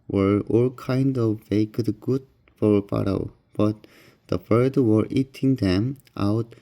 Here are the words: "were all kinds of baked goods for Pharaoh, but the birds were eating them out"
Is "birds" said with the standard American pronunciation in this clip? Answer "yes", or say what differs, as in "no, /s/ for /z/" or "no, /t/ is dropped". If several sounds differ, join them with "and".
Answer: no, /z/ is dropped